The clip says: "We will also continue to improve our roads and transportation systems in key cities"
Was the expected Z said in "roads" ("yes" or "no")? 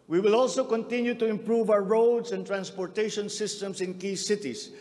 no